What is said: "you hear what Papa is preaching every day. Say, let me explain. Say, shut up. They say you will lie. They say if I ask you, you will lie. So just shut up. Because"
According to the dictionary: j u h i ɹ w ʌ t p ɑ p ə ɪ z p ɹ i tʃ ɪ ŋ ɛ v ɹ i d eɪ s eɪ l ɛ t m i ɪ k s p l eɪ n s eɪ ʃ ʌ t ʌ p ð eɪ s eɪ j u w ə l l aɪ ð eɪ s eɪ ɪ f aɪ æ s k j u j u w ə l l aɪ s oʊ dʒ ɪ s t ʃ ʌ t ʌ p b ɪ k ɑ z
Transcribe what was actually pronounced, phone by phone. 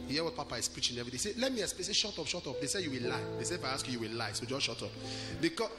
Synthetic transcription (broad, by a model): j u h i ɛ w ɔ t p ɑ p ə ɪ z p ɹ i tʃ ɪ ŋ ɛ v ɹ i d eɪ s eɪ l ɛ t m i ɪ s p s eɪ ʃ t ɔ ʃ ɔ t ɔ p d eɪ s eɪ j u w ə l l aɪ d eɪ s eɪ ɪ f aɪ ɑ s k j u j u w ə l l aɪ s oʊ dʒ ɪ ʃ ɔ t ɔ p b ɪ k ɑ